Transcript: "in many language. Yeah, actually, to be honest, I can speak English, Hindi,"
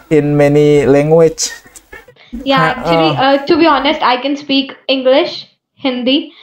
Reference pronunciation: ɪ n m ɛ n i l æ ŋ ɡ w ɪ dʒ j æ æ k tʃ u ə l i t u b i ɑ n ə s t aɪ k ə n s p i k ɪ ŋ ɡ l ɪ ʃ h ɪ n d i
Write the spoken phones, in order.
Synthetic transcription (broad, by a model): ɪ n m ɛ n i l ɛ ŋ ɡ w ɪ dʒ j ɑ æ k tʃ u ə l i t u b i ɑ n ə s t aɪ k ə n s p i k ɪ ŋ ɡ l ɪ ʃ h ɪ n d i